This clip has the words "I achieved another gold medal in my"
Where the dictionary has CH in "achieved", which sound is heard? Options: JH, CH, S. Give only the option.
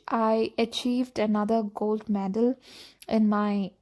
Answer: CH